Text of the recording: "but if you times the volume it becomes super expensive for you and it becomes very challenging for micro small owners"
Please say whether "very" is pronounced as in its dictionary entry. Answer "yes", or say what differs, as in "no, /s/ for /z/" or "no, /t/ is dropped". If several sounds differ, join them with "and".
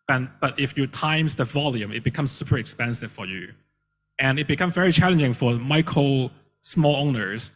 yes